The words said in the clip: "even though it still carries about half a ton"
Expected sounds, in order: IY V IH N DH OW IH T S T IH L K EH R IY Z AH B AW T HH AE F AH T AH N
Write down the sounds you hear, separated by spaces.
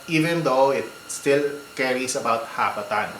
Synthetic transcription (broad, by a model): IY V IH N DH OW IH T S T IH L K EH R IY S AH B AW T HH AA P AH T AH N